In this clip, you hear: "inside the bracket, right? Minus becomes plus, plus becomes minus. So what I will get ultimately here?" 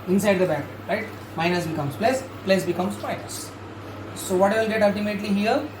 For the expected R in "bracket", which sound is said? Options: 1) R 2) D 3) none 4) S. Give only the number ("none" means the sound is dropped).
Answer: 3